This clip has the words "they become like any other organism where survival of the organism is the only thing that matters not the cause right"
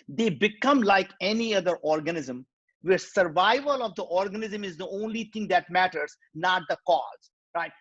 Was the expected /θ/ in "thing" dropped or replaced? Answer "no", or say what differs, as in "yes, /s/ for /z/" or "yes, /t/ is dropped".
yes, /t/ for /θ/